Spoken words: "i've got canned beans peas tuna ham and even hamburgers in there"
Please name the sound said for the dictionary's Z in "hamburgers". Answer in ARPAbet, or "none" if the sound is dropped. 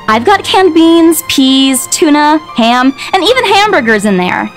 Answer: Z